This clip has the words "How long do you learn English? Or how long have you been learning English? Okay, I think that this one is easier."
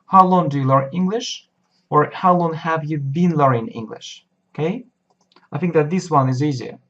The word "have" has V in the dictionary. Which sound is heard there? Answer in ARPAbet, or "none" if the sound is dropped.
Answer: V